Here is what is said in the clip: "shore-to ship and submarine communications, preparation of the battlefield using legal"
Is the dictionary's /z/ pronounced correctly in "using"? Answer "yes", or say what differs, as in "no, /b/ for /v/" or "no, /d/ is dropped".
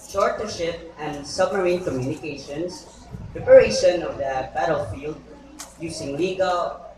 no, /s/ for /z/